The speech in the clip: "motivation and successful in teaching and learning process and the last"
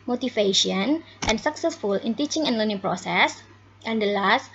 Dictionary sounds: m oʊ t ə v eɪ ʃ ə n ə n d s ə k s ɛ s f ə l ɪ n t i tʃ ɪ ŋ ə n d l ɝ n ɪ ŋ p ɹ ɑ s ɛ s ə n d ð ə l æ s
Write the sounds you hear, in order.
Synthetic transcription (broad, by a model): m oʊ t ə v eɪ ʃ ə n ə n s ə k s ɛ s f ə l ɪ n t i tʃ ɪ ŋ ə n d l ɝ n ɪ ŋ p ɹ ɑ s ɛ s ə n d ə l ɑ s